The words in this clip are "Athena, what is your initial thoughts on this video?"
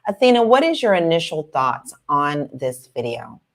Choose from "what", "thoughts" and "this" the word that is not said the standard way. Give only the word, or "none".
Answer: none